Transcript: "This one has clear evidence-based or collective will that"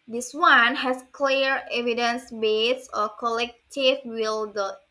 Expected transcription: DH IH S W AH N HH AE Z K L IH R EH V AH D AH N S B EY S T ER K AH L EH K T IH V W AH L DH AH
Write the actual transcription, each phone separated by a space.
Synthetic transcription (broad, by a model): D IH S W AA N HH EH S K L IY R EH V AH D AH N S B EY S ER K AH L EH K T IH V W AH L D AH